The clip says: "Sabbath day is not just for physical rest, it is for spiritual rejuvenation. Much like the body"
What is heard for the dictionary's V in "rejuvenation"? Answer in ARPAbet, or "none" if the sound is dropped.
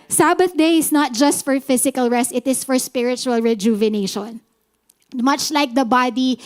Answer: V